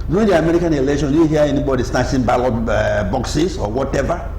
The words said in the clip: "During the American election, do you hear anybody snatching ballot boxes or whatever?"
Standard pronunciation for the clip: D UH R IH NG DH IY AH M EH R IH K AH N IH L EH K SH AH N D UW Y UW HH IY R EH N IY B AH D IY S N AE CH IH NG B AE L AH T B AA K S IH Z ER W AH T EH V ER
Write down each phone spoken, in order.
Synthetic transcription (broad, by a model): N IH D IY AH M EH R IH K AH N IH L EH K SH AH N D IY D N HH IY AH EH N IY B AH D IY S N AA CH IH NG B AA L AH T B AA K S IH S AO W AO T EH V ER